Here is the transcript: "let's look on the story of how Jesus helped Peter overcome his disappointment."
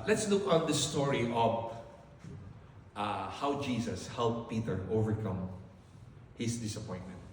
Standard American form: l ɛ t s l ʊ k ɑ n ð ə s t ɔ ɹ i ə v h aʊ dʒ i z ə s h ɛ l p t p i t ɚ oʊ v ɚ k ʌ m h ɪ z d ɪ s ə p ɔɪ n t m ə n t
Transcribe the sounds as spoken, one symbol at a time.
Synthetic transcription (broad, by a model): l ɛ t s l ʊ k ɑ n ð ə s t ɔ ɹ i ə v h aʊ dʒ i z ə s h ɛ l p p i t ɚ oʊ v ɚ k ʌ m h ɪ s d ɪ s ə p ɔɪ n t m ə n t